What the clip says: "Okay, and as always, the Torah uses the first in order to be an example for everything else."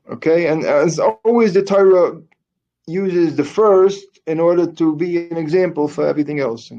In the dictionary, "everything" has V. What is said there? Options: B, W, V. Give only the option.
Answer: V